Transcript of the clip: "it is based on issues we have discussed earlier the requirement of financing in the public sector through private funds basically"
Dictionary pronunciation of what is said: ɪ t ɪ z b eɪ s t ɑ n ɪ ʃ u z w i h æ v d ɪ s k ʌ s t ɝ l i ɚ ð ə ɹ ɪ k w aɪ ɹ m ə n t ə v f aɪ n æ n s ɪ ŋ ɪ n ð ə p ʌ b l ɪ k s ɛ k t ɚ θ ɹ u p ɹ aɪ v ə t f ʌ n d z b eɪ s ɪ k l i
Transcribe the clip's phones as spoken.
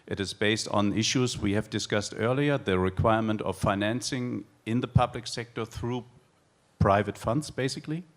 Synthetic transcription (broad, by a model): ɪ t ɪ z b eɪ s t n ɪ ʃ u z w i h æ v d ɪ s k ʌ s t ɝ l i ɚ ð ə ɹ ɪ k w aɪ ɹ m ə n t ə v f aɪ n æ n s ɪ ŋ ɪ n ð ə p ʌ b l ɪ k s ɛ k t ɚ θ ɹ u p ɹ aɪ v ə t f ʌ n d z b eɪ s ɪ k l i